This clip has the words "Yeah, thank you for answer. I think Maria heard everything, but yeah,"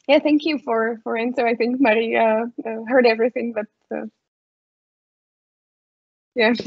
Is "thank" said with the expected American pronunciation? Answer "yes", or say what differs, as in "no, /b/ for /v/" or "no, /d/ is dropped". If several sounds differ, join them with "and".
yes